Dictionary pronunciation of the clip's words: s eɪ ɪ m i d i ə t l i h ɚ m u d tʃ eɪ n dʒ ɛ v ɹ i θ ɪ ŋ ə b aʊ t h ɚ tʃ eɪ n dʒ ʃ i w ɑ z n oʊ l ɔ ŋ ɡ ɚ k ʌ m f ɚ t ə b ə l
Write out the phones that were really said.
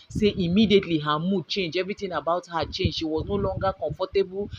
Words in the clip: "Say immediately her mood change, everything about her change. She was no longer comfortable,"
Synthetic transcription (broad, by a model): s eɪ ɪ m i d i ə t l i h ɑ m u d tʃ eɪ n dʒ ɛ v ɹ i t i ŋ ə b aʊ t h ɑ tʃ eɪ n dʒ ʃ i w ɑ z n oʊ l ɔ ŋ ɡ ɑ k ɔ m f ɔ t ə b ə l